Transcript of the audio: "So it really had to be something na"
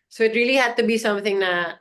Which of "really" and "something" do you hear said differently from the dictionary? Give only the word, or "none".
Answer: none